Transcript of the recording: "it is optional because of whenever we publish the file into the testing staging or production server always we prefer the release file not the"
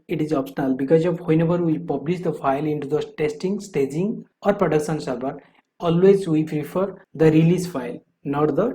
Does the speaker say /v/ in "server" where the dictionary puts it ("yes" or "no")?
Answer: no